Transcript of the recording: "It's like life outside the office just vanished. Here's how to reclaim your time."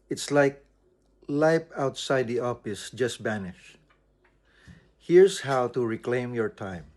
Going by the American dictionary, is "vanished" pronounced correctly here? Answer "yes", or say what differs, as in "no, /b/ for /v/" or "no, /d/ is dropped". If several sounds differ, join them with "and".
no, /b/ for /v/